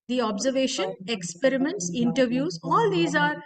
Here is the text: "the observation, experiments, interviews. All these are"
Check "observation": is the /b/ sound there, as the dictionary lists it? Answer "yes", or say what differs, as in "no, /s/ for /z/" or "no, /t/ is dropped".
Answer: yes